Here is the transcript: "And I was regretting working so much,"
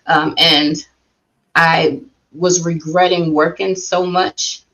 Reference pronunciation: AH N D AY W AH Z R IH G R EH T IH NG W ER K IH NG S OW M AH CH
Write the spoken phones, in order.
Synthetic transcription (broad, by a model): AH N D AY W AH Z R IH G R EH T IH NG W ER K IH NG S OW M AH CH